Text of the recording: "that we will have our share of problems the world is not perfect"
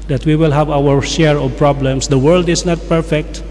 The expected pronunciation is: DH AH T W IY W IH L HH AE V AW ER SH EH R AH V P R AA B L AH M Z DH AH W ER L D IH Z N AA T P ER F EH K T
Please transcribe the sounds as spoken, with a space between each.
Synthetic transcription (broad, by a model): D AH T W IY W IH L HH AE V AW ER SH EH R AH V P R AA B L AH M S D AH W ER L D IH S N AA T P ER F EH K T